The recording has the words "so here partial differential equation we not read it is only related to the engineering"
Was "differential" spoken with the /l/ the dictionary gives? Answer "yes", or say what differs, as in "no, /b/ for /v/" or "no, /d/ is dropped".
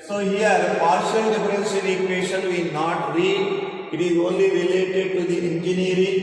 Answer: no, /n/ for /l/